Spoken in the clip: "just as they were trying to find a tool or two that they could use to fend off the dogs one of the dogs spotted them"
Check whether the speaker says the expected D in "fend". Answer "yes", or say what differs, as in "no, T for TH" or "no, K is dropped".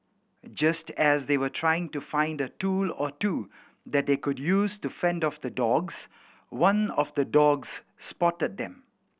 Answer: yes